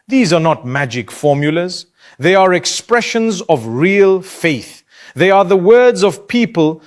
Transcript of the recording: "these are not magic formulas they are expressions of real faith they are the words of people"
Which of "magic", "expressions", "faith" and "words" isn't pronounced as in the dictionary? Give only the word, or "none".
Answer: none